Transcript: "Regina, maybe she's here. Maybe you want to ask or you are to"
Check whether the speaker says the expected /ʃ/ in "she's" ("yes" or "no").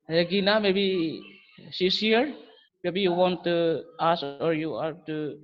no